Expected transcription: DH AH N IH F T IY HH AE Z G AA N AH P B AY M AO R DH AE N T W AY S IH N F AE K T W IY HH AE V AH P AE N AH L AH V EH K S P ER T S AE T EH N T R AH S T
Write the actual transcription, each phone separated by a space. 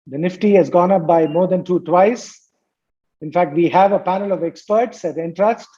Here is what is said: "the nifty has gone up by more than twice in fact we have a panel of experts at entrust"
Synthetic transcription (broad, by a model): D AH N IH F T IY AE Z G AA N AH P B AY M AO R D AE N T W AY S IH N F AE K T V IY HH AE V AH P AE N AH L AH V EH K S P ER T S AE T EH N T R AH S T